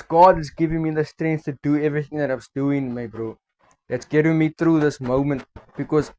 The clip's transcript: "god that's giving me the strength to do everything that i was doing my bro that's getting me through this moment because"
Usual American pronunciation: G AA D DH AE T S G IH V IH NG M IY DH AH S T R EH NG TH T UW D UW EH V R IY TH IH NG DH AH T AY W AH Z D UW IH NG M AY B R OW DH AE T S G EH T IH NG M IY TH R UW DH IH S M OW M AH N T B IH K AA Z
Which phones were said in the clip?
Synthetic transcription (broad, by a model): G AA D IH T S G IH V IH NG M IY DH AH S T R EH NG S T UW D UW EH V R IY TH IH NG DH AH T AY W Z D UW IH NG M AY B R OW DH AE T S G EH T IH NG M IY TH R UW DH IH S M OW M AH N T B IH K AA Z